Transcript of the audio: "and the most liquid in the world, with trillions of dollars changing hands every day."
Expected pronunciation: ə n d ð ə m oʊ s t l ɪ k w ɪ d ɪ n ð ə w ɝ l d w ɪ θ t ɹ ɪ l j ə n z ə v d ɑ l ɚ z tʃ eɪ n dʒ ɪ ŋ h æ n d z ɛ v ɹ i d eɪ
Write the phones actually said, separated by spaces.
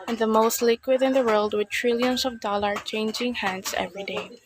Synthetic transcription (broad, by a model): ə n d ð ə m oʊ s t l ɪ k w ɪ d ɪ n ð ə w ɝ l d w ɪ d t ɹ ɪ l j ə n s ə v d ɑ l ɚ tʃ eɪ n dʒ ɪ ŋ h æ n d s ɛ v ɹ i d eɪ